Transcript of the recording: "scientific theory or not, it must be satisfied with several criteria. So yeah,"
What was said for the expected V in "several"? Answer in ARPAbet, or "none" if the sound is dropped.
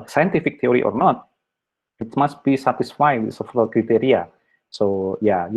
F